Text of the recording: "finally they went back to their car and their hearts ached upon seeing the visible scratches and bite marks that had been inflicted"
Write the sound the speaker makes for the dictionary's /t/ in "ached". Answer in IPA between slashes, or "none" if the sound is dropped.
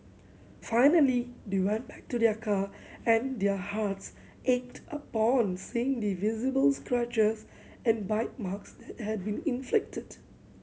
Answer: /t/